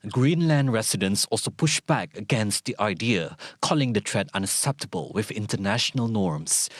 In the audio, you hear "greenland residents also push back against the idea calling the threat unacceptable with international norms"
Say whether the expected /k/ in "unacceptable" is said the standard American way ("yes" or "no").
yes